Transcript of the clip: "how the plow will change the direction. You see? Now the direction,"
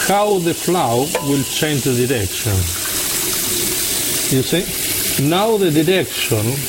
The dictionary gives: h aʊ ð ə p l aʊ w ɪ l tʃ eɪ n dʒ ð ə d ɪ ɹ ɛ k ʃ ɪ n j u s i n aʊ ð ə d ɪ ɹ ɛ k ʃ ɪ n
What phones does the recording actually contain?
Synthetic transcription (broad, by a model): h aʊ ð ə f l aʊ w ɪ l tʃ eɪ n dʒ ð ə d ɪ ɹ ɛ k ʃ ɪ n j u s i n aʊ ð ə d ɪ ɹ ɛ k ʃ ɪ n